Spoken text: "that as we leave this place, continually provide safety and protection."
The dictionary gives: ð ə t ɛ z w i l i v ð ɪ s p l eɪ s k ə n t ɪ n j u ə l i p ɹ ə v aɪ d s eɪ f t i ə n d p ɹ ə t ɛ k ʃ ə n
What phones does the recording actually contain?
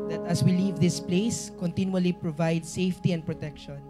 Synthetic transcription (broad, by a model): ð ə t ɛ s w i l i v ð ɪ s p l eɪ s k ə n t ɪ n j u ə l i p ɹ ə v aɪ d s eɪ f t i ə n d p ɹ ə t ɛ k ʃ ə n